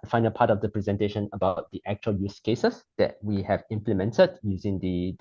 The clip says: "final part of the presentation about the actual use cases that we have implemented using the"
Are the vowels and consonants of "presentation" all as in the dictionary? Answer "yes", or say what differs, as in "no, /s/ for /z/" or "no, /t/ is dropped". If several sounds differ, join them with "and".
yes